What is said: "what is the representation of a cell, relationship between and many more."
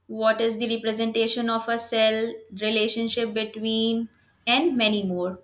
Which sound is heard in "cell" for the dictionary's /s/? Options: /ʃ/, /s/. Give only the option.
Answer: /s/